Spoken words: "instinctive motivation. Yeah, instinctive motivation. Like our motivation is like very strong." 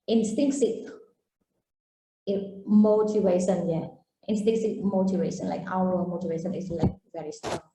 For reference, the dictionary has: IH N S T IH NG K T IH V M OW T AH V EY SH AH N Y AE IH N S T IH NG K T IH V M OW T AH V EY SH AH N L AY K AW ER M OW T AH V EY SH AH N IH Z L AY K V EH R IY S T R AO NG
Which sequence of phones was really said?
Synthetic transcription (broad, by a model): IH N S T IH NG K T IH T M OW T AH V EY SH AH N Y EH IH N S T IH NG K S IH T M OW T AH V EY SH AH N L AY K AW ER M OW T AH V EY SH AH N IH S L AY K V EH R IY S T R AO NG